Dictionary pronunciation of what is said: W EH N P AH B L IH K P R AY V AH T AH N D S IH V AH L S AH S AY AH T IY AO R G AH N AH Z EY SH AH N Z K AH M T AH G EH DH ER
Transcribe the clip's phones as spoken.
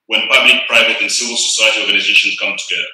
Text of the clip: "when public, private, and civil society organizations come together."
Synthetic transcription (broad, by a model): W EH N P AH B L IH K P R AY V AH T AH N S IH V AH L S AH S AY AH T IY AO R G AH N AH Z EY SH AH N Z K AH M T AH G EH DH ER